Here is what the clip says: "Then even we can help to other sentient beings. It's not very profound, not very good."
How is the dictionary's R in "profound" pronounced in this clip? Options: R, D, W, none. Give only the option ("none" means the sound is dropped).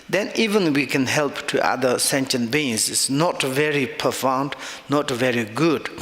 none